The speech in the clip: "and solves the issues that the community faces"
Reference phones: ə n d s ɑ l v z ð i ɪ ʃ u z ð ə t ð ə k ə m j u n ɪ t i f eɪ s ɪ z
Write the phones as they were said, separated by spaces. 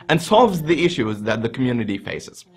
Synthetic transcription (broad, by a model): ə n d s ɑ l v z ð i ɪ ʃ u z ð ə t ð ə k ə m j u n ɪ t i f eɪ s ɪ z